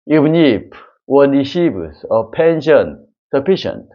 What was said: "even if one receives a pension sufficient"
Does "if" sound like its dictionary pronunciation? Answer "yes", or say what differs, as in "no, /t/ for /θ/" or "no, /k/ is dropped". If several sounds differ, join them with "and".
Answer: no, /p/ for /f/